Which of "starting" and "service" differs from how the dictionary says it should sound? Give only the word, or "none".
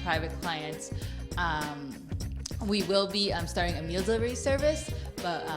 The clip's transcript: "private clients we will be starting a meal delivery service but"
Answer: none